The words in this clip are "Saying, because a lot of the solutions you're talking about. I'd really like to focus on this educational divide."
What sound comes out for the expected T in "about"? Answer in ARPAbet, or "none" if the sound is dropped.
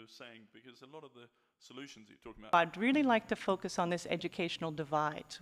none